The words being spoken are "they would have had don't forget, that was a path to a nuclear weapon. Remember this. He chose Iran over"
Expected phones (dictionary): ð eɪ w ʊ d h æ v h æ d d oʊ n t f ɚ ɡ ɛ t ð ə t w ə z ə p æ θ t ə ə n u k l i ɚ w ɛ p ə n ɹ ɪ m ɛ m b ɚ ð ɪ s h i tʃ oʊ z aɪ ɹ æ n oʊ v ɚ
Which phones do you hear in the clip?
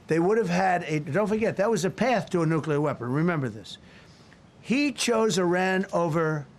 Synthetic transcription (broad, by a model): ð eɪ w ʊ d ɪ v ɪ d d oʊ n t f ɚ ɡ ɛ t ð ə t w ə z ə p æ θ t ə ə n u k l i ɚ w ɛ p ə n ɹ ɪ m ɛ m b ɚ ð ɪ s h i tʃ oʊ z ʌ ɹ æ n oʊ v ɚ